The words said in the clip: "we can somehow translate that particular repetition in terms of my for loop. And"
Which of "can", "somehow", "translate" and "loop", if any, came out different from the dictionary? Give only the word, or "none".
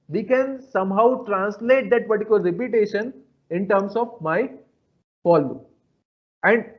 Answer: loop